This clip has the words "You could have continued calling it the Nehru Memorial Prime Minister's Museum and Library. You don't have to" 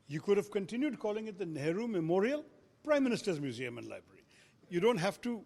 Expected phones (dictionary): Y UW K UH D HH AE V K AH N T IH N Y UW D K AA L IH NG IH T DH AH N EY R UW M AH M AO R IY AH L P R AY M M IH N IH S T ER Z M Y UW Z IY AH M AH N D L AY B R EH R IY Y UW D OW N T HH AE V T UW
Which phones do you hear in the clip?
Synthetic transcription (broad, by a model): Y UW K UH D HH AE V K AH N T IH N Y UW D K AA L IH NG IH T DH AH N EY R UW M AH M AO R IY AH L P R AY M M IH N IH S T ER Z M Y UW Z IY AH M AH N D L AY B R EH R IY Y UW D OW N T HH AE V T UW